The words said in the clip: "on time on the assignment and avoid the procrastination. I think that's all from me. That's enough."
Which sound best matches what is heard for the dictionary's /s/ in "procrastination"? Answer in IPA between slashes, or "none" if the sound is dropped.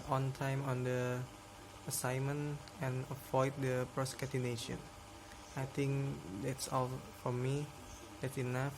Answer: none